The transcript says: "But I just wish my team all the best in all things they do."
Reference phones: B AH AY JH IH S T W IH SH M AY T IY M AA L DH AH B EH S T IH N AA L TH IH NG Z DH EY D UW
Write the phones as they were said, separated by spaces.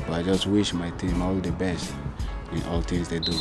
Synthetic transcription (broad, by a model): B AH AY JH IH S T W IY SH M AY T IY M AA L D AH B EH S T IH N AA L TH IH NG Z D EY D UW